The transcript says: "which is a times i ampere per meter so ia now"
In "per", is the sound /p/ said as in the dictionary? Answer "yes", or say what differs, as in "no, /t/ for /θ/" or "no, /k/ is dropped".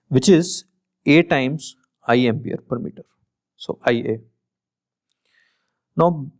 yes